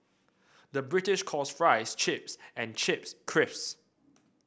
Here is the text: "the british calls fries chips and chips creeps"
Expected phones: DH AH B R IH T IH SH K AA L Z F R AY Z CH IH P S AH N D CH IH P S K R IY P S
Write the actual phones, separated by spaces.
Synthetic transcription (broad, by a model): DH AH B R IH T IH SH K AA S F R AY S CH IH P S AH N CH IH P S K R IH F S